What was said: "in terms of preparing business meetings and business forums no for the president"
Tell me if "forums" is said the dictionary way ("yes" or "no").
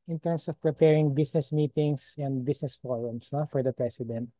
no